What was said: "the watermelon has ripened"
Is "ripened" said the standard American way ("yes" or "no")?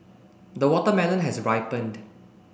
yes